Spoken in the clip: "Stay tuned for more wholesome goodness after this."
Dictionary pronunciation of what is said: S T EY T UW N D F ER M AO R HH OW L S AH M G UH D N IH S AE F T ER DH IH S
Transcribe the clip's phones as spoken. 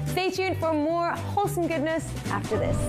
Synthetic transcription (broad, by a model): S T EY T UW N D F ER M AO R HH OW L S AH M G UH D N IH S AE F T ER DH IH S